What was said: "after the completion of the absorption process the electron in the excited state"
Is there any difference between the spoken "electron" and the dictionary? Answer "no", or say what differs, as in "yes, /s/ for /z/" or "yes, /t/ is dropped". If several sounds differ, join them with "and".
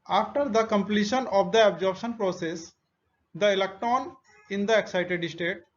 no